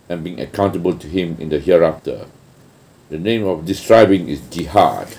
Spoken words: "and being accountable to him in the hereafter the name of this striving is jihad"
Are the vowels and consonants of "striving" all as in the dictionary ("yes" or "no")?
no